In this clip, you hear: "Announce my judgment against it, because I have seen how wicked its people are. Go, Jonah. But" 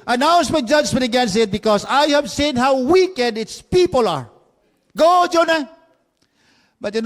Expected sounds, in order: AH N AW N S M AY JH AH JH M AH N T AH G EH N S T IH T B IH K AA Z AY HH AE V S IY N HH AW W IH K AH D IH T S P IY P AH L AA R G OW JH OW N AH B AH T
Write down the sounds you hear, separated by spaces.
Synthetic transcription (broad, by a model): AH N AW N S M AY JH AH JH M AH N T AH G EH N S IH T B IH K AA S AY HH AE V S IY N HH AW W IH K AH D IH T S P IY P AH L AA R G OW JH OW N AH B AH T